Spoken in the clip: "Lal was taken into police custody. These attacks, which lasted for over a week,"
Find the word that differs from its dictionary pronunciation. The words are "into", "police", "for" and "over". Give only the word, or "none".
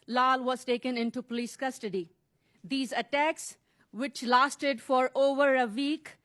none